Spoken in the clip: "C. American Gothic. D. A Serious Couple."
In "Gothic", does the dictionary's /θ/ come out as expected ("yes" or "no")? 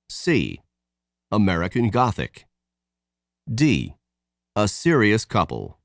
yes